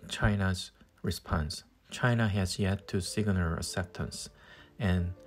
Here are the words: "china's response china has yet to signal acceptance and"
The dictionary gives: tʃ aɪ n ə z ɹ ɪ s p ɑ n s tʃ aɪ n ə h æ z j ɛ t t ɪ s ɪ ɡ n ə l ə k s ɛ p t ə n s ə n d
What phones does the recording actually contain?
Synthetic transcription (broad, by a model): tʃ aɪ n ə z ɹ ɪ s p ɑ n s tʃ aɪ n ə h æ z j ɛ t t ɪ s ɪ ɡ l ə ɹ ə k s ɛ p t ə n s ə n